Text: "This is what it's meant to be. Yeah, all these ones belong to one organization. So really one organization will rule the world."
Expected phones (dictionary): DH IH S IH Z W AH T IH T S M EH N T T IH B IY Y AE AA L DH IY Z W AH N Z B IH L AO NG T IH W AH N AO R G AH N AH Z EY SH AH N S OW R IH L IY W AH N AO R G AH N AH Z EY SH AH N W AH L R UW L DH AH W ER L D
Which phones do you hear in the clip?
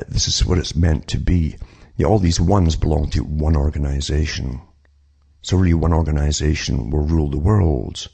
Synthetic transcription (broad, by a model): DH IH S IH Z W AH T IH T S M EH N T T IH B IY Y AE AA L DH IY Z W AH N Z B IH L AO NG T IH W AH N AO R G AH N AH Z EY SH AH N S OW R IH L IY W AH N AO R G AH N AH Z EY SH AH N W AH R R UW L DH AH W ER L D